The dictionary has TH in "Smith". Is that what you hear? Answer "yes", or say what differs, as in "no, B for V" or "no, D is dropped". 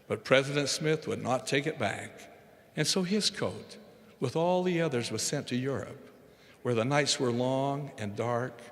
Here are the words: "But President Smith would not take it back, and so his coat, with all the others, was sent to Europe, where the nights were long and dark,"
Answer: yes